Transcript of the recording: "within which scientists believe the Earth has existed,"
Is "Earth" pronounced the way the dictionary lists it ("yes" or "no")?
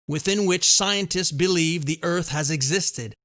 yes